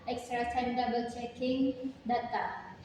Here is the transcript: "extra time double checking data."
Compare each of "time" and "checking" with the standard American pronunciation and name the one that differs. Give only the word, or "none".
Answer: time